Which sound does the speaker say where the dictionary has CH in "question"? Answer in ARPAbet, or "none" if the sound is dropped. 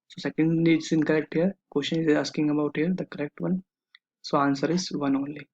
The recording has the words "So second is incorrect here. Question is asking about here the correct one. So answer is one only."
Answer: SH